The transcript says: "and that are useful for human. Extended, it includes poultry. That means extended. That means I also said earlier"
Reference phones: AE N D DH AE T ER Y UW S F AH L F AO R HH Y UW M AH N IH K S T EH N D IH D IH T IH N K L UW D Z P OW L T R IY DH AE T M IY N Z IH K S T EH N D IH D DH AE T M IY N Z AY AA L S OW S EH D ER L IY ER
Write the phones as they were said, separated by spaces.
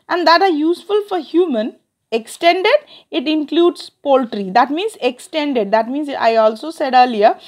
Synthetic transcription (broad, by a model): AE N D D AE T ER Y UW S F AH L F AO R HH Y UW M AH N IH K S T EH N D IH D IH T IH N K L UW D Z P OW L T R IY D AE T M IY N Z IH K S T EH N D IH D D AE T M IY N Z AY AA L S OW S EH D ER L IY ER